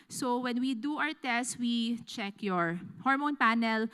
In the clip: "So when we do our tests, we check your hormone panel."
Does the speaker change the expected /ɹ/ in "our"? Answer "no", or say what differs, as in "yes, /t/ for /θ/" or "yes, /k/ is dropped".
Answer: yes, /w/ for /ɹ/